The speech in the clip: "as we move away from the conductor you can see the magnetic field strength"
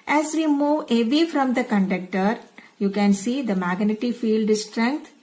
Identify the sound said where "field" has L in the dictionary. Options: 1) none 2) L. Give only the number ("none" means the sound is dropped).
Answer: 2